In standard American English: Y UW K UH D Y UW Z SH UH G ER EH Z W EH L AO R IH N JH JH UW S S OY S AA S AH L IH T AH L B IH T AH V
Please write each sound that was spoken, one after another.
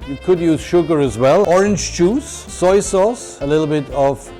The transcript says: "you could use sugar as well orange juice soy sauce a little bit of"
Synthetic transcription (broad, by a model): Y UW K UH D Y UW Z SH UH G ER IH Z W EH L AO R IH N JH CH UW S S OY S AA S AH L IH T L B IH T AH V